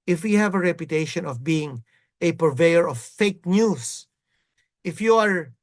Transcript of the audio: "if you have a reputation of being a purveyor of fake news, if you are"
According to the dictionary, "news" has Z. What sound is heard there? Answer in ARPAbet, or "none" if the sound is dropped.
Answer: S